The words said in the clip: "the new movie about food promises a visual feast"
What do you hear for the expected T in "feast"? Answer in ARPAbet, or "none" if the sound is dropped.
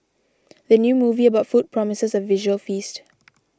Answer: T